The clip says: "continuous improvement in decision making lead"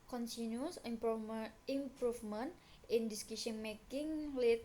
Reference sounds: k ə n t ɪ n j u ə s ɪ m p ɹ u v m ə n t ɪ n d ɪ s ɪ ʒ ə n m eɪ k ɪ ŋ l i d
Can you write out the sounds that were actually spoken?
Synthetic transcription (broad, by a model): k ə n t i n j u s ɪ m p ɹ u f m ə n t ɪ n d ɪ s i ʃ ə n m eɪ k ɪ ŋ l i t